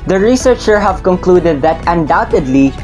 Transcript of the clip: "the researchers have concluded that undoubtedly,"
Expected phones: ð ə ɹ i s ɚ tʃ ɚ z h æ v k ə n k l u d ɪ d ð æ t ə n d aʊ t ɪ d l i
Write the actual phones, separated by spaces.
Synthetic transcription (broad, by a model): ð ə ɹ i s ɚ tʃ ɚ h æ v k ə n k l u d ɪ d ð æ t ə n d aʊ t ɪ d l i